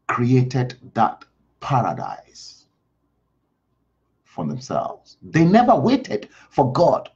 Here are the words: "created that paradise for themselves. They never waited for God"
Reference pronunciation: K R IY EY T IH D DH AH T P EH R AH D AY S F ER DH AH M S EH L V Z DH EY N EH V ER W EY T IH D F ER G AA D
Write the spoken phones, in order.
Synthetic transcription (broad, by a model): K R IY EY T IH D DH AH T P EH R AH D AY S F ER DH AH M S EH L V Z DH EY N EH V ER W EY T IH D F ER G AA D